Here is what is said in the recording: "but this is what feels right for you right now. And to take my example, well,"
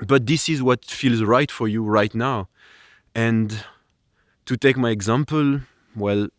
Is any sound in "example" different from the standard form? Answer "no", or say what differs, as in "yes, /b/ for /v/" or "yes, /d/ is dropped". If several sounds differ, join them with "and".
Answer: no